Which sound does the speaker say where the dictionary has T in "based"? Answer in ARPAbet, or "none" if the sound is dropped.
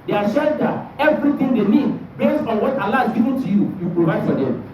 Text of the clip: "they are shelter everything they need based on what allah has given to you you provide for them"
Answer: none